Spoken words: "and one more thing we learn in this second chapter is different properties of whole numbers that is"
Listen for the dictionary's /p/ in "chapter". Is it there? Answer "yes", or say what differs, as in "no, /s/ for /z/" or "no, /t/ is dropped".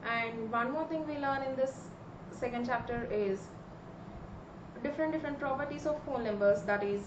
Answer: yes